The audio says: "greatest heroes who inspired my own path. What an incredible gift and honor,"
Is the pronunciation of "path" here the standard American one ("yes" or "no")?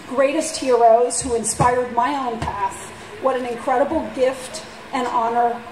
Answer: yes